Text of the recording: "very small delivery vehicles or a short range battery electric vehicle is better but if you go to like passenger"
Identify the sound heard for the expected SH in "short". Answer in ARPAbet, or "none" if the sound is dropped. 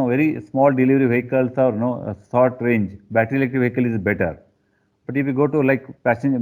S